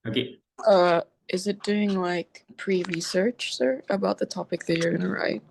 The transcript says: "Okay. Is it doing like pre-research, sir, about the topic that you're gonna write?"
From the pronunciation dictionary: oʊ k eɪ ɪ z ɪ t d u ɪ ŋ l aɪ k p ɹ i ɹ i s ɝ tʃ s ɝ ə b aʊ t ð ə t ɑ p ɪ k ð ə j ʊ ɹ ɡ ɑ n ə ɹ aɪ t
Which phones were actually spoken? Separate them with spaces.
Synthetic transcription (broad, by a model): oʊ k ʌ ɪ z ɪ t d u ɪ ŋ l aɪ k p ɹ i ɹ i s ɝ tʃ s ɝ ə b aʊ t ð ə t ɑ p ɪ k ð ə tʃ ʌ ɹ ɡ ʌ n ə ɹ aɪ t